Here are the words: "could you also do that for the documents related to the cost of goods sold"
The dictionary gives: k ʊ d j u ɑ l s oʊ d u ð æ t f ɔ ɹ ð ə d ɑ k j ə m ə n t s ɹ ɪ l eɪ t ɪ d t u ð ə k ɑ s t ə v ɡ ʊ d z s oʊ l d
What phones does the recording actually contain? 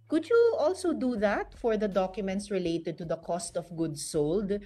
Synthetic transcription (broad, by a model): k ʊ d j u ɑ l s oʊ d u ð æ t f ɔ ɹ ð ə d ɑ k j ə m ə n t s ɹ ɪ l eɪ t ɪ d t u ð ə k ɑ s t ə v ɡ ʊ d s oʊ l d